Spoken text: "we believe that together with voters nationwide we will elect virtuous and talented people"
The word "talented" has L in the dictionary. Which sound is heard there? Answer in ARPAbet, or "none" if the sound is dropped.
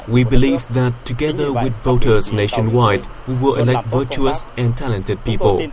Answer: L